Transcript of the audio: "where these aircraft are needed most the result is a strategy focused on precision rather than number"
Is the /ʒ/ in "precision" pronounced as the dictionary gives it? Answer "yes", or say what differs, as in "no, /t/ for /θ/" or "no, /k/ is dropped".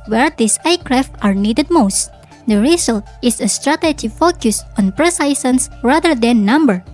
no, /s/ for /ʒ/